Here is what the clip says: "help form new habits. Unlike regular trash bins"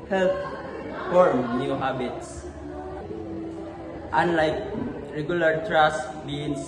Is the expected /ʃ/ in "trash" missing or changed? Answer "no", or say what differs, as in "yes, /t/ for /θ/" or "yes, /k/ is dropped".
yes, /s/ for /ʃ/